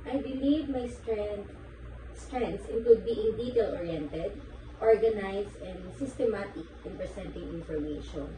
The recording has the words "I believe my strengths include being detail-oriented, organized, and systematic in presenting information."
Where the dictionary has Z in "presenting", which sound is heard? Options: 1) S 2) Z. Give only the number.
1